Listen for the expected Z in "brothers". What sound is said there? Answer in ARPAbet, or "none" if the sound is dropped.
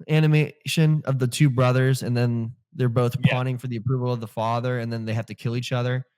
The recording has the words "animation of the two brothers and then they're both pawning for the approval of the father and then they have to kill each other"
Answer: Z